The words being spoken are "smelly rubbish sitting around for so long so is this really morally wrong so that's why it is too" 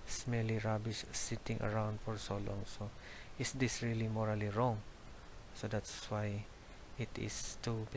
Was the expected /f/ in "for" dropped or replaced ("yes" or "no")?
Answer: no